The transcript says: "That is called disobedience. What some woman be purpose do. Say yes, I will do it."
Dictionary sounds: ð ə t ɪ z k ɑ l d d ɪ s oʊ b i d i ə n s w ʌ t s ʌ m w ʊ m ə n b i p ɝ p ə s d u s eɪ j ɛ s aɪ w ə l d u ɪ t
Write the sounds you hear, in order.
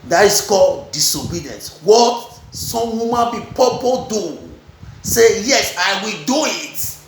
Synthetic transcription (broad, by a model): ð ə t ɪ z k ɑ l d d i s oʊ b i d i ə n s w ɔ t s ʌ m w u m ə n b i p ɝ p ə d u s eɪ j ɛ s aɪ w ə l d u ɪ t